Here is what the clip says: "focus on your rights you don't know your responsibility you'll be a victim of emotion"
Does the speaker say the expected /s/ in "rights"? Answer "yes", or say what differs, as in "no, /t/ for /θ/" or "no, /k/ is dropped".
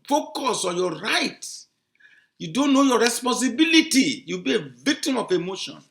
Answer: no, /s/ is dropped